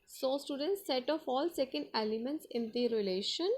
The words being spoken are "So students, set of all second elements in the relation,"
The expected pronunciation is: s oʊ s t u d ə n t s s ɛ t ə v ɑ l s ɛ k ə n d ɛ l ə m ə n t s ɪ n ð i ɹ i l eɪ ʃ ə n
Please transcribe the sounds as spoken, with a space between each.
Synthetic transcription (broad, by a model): s oʊ s t u d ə n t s s ɛ t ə f ɑ l s ɛ k ə n d ɛ l ə m ə n t s ɪ n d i ɹ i l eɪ ʃ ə n